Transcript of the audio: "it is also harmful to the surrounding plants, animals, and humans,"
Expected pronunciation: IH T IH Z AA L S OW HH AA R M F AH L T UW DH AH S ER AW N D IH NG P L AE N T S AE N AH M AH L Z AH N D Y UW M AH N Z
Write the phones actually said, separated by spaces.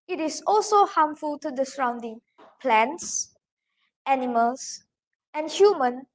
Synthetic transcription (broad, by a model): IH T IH S AA L S OW HH AA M F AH L T UW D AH S ER AW N D IH NG P L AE N T S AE N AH M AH L S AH N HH Y UW M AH N